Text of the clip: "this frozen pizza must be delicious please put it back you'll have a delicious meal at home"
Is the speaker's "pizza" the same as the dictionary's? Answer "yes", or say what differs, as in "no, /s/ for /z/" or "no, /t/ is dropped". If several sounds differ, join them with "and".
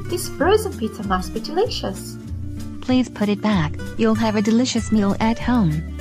no, /s/ is dropped